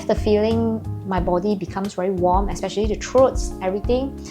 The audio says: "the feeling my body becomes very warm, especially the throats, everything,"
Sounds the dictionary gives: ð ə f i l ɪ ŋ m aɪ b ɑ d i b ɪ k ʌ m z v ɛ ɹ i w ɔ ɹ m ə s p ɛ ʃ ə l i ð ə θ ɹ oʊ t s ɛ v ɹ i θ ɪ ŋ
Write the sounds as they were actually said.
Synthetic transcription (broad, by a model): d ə f i l ɪ ŋ m aɪ b ɑ d i b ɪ k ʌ m s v ɛ ɹ i w ɔ m ə s p ɛ ʃ ə l i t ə t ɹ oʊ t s ɛ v ɹ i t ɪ ŋ